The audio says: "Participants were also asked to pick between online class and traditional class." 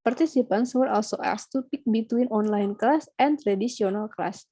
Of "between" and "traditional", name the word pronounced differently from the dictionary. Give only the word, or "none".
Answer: traditional